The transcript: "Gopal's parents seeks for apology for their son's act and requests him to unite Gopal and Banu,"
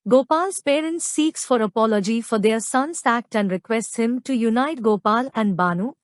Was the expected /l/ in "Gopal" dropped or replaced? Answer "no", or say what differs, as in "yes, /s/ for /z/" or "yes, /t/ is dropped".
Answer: no